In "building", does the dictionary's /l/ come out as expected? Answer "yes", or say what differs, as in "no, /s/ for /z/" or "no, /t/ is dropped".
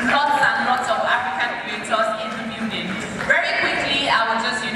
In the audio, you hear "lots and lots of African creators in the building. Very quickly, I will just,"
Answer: no, /l/ is dropped